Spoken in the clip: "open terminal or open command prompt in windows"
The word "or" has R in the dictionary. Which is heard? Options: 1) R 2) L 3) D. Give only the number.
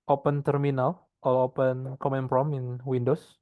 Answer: 2